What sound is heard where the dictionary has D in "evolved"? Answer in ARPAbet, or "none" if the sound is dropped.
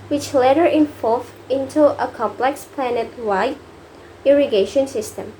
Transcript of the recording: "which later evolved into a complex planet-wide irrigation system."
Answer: none